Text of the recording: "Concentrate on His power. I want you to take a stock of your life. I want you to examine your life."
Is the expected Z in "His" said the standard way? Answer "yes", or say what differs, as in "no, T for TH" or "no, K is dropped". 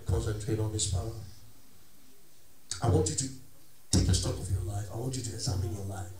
no, S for Z